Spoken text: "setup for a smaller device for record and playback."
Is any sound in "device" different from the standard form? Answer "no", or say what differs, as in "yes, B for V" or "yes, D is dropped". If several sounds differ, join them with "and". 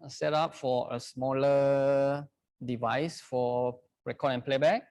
no